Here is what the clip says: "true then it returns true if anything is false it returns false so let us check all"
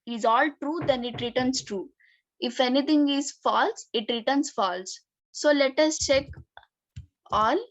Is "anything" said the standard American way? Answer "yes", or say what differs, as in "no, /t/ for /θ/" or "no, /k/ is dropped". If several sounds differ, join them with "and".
no, /t/ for /θ/